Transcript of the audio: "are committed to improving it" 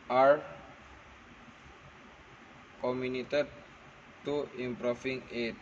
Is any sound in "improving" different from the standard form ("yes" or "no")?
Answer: yes